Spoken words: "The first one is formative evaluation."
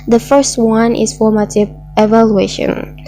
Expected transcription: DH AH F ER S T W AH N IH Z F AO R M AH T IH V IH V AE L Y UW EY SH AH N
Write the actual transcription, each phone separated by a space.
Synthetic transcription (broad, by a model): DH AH F ER S T W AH N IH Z F AO R M AH T IH V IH V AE L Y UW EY SH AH N